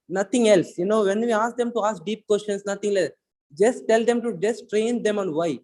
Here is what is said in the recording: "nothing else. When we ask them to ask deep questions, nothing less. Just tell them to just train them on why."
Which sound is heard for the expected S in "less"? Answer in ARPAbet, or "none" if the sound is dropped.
none